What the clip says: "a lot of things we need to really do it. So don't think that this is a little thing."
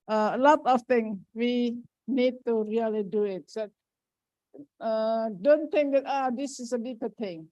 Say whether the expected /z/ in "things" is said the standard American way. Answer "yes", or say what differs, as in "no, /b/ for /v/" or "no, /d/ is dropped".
no, /z/ is dropped